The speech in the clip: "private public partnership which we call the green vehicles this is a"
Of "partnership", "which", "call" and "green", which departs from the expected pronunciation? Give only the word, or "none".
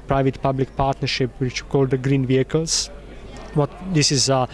none